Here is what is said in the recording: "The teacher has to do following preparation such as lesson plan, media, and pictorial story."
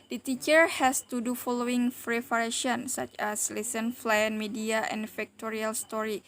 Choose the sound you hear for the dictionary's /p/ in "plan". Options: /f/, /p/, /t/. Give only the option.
/f/